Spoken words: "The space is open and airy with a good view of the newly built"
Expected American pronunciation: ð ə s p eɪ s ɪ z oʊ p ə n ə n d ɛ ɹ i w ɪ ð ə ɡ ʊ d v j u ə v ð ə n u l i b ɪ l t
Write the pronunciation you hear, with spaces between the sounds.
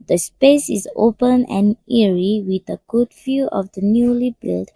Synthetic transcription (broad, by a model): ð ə s p eɪ s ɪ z oʊ p ə n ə n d ɛ ɹ i w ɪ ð ə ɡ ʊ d f j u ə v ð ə n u l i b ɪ l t